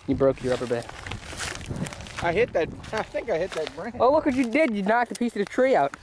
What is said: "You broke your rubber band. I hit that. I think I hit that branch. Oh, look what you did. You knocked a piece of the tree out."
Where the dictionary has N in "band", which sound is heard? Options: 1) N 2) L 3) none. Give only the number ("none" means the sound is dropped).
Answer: 3